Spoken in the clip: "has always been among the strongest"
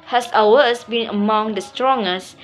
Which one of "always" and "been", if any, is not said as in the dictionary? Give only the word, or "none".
always